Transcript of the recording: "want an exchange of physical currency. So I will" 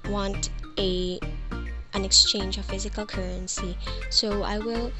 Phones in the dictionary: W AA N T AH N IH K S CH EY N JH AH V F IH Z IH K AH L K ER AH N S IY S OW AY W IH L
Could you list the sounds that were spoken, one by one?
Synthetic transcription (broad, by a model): W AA N T AH N IH K S CH EY N JH AH V F IH Z IH K AH L K ER AH N S IY S OW AY W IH L